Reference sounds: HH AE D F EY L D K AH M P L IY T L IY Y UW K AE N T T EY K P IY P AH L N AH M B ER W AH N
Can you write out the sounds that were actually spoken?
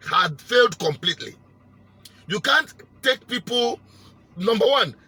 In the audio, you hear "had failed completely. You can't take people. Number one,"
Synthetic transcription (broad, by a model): HH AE D F EY L D K AH M P L IY T L IY Y UW K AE N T T EY K P IY P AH L N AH M B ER W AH N